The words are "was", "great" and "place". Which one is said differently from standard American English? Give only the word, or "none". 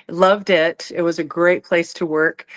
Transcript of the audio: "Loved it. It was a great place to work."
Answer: none